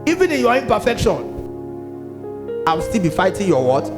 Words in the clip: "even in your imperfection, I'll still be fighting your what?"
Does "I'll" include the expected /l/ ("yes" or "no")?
no